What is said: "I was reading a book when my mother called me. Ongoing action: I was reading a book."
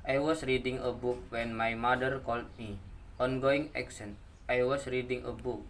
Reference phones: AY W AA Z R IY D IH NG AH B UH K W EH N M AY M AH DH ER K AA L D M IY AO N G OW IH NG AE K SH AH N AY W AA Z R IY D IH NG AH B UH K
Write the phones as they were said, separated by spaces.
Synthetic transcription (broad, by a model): AY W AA S R IY D IH NG AH B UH K W EH N M AY M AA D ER K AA L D M IY AO N G OW IH NG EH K S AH N AY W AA S R IY D IH NG AH B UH K